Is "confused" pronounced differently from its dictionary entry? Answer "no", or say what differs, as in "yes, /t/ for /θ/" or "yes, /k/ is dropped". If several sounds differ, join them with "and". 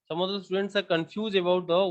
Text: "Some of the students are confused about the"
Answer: yes, /d/ is dropped